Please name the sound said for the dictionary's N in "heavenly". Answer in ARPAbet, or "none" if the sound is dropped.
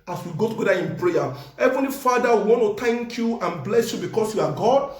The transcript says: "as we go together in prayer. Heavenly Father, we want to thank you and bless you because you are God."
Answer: N